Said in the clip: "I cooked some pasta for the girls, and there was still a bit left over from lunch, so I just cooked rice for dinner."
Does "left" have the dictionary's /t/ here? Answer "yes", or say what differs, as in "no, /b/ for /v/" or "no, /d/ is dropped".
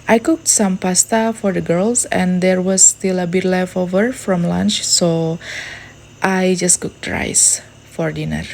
no, /t/ is dropped